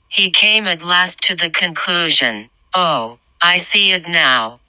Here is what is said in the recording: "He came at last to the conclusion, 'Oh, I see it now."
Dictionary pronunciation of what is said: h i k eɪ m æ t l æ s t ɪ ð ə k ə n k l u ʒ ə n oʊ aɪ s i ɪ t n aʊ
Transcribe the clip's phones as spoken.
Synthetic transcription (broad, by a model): h i k eɪ m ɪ t l æ s t ɪ ð ə k ə n k l u ʒ ə n oʊ aɪ s i ɪ t n aʊ